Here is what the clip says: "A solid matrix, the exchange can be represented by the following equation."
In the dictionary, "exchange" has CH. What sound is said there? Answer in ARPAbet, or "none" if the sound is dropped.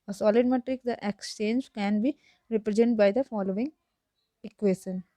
CH